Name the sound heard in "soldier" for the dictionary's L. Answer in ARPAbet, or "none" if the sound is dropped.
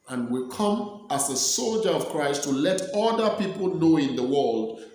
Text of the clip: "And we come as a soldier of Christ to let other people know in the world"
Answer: L